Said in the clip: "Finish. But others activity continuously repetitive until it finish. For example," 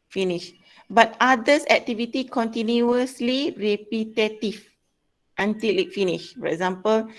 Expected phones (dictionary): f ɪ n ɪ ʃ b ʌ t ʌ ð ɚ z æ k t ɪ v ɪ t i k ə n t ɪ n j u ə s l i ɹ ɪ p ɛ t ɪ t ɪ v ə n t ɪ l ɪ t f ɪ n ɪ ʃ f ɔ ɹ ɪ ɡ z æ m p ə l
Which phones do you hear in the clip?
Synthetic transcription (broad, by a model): f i n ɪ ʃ b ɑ t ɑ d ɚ s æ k t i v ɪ t i k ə n t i n j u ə s l i ɹ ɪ p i t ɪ t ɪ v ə n t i l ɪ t f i n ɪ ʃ f ɔ ɹ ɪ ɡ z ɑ m p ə l